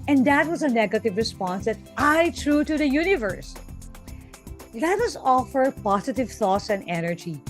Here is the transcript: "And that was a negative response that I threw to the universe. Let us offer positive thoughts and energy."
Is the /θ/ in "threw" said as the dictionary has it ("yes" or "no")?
no